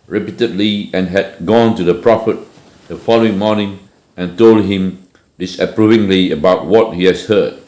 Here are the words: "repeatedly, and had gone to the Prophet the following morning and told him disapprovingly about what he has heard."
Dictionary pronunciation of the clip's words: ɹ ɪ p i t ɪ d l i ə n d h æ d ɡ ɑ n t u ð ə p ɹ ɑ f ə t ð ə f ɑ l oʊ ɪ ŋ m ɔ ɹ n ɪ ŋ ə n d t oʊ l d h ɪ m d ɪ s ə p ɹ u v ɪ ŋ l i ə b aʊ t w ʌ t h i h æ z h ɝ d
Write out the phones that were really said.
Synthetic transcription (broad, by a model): ɹ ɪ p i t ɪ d l i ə n h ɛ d ɡ ɑ n t u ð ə p ɹ ɑ f ə t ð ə f ɑ l oʊ ɪ ŋ m ɔ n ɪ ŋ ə n t oʊ l d h ɪ m d ɪ s ə p ɹ u v ɪ ŋ l i ə b aʊ t w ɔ t h i h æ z h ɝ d